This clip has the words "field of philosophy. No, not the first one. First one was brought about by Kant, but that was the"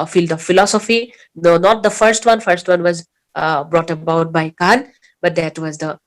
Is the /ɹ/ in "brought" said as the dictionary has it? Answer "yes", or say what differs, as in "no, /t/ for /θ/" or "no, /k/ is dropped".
yes